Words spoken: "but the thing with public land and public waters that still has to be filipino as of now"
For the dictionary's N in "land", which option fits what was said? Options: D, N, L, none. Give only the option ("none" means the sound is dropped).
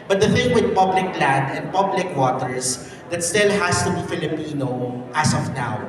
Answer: none